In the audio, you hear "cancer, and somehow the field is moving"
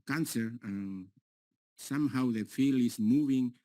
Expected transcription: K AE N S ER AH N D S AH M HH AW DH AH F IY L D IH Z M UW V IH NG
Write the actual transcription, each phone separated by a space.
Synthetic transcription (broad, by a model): K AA N S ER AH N S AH M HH AW DH AH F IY L IH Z M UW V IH NG